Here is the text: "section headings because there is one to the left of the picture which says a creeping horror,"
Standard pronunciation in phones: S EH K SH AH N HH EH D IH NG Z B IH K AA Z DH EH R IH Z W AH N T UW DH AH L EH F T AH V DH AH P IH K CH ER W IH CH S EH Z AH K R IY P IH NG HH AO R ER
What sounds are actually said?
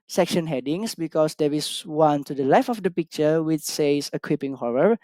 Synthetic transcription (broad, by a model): S EH K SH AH N HH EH D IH NG S B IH K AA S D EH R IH S W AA N T UW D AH L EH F AH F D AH P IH K CH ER W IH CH S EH S AH K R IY P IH NG HH AO R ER